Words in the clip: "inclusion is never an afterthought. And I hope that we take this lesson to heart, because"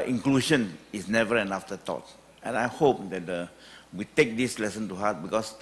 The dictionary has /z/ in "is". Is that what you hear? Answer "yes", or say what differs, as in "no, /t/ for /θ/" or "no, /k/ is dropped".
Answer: no, /s/ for /z/